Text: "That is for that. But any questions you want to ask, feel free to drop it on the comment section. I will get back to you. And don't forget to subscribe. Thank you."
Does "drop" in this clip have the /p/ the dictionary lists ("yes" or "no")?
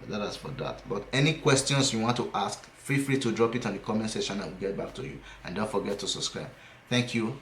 yes